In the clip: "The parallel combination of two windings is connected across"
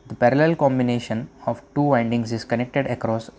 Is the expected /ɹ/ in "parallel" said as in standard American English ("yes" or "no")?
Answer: yes